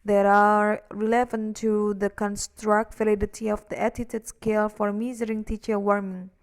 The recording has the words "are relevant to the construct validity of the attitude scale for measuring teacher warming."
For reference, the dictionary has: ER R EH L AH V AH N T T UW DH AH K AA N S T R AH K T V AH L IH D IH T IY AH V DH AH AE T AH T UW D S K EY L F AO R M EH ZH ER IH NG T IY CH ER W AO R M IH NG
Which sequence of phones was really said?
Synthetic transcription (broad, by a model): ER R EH L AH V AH N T T UW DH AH K AA N S T R AH K T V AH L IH D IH T IY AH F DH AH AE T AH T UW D S K EY L F AO R M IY Z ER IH NG T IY CH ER W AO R M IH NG